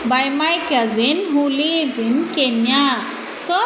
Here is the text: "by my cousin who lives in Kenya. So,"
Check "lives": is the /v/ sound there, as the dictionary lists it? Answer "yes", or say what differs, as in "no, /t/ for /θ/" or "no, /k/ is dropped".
no, /v/ is dropped